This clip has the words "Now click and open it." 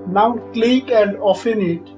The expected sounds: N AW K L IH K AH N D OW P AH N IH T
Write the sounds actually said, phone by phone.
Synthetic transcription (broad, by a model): N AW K L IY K AH N D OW F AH N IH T